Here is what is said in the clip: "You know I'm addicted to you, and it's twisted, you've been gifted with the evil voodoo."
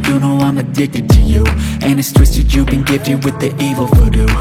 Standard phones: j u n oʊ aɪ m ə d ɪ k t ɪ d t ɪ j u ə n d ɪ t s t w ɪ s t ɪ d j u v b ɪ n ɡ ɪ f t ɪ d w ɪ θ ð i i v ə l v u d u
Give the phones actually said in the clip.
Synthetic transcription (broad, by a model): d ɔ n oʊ aɪ m ə d ɪ k t ɪ d t ɪ j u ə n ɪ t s t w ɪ s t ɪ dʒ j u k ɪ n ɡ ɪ t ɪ w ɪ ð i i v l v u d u